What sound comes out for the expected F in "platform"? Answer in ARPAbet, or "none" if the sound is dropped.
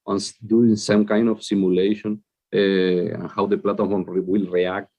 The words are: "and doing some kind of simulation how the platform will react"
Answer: none